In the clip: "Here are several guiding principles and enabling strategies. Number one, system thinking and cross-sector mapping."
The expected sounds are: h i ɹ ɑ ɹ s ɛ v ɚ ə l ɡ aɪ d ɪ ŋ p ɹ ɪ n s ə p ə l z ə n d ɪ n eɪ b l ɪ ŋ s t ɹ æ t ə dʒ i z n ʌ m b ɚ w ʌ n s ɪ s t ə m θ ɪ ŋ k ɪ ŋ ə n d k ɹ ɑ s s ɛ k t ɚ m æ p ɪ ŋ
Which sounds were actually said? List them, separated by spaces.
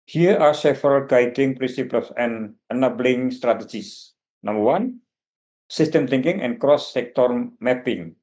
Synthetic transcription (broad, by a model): h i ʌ ɑ ɹ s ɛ f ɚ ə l ɡ aɪ d ɪ ŋ p ɹ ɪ n s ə p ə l s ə n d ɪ n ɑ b l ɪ ŋ s t ɹ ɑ t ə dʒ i s n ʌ m b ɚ w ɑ n s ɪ s t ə m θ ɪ ŋ k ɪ ŋ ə n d k ɹ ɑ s s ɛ k t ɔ m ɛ p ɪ ŋ